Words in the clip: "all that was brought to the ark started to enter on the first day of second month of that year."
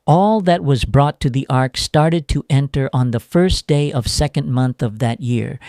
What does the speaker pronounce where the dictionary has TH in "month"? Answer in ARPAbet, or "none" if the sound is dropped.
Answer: TH